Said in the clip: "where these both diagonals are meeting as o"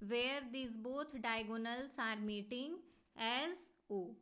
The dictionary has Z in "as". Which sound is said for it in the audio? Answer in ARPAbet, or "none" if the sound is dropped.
Z